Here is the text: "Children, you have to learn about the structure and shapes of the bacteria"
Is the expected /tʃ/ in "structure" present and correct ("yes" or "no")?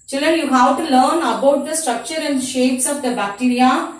yes